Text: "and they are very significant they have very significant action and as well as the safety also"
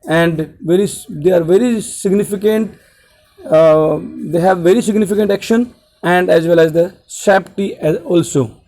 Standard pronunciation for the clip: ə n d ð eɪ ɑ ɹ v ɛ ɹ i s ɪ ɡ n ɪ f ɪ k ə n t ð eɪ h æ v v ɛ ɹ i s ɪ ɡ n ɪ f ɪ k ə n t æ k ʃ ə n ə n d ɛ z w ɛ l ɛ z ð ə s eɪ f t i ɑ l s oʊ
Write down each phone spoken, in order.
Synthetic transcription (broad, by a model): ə n d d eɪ ɑ ɹ v ɛ ɹ i s ɪ ɡ n ɪ f ɪ k ə n t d eɪ h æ v v ɛ ɹ i s ɪ ɡ n ɪ f ɪ k ə n t æ k ʃ ə n ə n d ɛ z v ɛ l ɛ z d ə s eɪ p t i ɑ l s oʊ